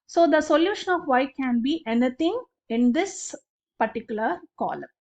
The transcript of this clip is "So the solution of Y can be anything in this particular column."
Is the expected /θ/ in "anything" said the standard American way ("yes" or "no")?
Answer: no